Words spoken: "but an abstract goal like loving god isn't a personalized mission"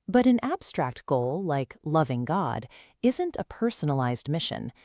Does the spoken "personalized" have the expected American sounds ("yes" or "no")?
yes